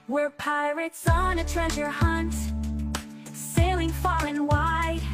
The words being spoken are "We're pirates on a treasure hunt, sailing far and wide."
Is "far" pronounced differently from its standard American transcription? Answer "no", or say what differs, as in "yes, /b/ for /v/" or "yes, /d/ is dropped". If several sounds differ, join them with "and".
yes, /l/ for /ɹ/